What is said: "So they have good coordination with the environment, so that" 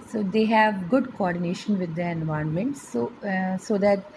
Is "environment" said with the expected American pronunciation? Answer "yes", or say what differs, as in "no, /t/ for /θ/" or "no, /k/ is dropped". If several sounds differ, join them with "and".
no, /ɹ/ is dropped